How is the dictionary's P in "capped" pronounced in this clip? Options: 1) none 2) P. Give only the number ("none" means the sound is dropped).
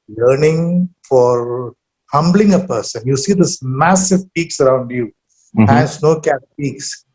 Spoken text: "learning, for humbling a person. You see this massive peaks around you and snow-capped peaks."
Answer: 1